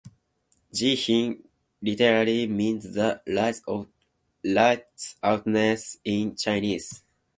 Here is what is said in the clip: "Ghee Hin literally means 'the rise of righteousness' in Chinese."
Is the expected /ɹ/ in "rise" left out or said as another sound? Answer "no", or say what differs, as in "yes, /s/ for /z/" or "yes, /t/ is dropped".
yes, /l/ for /ɹ/